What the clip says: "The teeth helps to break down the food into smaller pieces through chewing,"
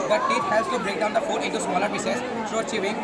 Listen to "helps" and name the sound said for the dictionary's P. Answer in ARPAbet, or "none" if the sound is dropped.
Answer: none